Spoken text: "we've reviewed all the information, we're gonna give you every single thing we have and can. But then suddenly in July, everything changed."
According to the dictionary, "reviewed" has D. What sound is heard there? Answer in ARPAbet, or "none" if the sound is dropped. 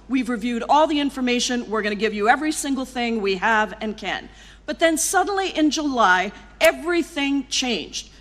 D